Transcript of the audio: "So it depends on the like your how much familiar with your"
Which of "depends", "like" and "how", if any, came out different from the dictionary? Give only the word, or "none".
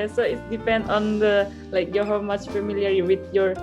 depends